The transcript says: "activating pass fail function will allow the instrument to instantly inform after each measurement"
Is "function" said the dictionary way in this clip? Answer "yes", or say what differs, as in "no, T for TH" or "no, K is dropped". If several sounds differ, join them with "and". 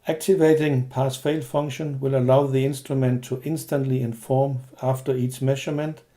no, K is dropped